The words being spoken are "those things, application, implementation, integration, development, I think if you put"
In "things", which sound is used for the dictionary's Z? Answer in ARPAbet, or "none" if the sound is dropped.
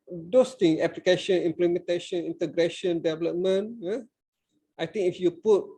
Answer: none